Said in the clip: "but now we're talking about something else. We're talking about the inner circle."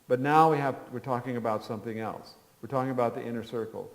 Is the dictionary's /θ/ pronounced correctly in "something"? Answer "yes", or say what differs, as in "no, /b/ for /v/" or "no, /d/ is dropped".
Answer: yes